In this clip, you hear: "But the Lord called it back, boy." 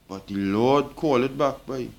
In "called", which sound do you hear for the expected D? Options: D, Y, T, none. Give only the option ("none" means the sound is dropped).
none